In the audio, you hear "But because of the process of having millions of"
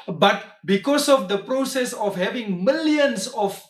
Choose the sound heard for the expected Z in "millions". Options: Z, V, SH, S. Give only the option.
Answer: S